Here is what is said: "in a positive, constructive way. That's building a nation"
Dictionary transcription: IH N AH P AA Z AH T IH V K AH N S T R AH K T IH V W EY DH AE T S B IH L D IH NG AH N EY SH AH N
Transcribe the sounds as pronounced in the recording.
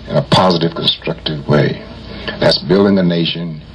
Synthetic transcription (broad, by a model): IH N AH P AA Z AH T IH V K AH N S T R AH K T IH V W EY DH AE T S B IH L D IH NG AH N EY SH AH N